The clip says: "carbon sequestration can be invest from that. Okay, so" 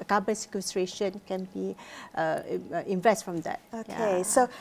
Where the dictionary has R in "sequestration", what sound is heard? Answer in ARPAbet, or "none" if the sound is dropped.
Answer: R